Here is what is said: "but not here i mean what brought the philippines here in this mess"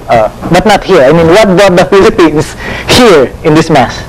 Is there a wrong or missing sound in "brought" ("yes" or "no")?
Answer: yes